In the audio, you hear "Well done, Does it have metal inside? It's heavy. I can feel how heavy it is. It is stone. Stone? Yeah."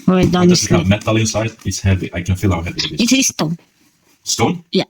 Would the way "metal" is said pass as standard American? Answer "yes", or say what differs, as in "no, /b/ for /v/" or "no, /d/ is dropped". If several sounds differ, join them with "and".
yes